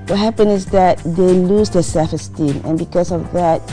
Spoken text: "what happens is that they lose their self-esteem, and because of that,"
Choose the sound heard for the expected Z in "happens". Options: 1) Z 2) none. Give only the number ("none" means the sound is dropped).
2